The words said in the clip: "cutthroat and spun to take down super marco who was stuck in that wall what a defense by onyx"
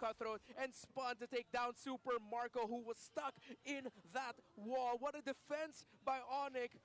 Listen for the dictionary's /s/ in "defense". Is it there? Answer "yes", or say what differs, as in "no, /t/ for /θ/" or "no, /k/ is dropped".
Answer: yes